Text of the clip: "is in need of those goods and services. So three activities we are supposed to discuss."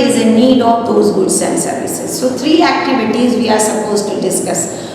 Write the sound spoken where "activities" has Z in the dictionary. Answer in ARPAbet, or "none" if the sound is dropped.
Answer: Z